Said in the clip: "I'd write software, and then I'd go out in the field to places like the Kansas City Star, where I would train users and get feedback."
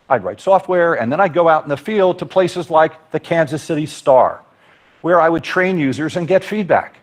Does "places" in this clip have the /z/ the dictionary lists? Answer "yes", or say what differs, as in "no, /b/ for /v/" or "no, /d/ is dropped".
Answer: yes